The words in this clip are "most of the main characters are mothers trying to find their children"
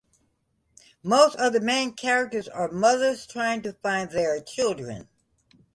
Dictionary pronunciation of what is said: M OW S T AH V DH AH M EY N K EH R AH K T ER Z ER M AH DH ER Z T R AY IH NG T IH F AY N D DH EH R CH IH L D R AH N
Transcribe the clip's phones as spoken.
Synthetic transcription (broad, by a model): M OW S T AH V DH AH M EY N K EH R AH K T ER Z ER M AH DH ER Z T R AY IH NG T IH F AY N DH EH R CH IH L D R AH N